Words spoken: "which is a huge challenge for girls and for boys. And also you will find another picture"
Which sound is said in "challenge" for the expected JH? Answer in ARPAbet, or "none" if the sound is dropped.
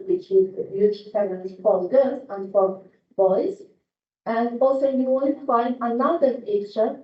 Z